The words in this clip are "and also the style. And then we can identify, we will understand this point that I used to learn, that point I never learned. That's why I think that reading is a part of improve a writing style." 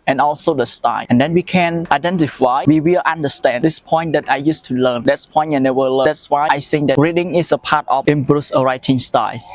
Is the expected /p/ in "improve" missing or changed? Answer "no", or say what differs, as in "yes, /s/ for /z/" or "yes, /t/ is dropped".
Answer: yes, /b/ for /p/